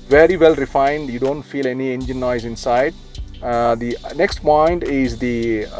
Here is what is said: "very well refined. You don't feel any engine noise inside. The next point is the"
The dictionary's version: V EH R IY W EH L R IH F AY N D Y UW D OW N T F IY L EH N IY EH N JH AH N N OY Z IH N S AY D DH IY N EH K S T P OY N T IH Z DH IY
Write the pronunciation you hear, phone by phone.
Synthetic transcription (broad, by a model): V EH R IY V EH L R IH F AY N D Y UW D OW N T F IY L EH N IY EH N JH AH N N OY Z IH N S AY D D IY N EH K S T P OY N T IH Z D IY